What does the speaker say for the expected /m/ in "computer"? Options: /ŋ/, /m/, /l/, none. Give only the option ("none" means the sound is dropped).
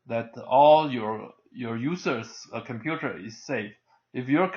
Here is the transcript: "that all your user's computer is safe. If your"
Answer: /m/